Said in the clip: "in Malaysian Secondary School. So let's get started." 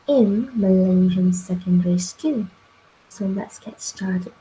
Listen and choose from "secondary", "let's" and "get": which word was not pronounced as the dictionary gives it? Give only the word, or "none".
let's